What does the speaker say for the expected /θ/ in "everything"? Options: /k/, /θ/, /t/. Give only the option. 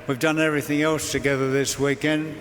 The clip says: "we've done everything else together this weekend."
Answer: /θ/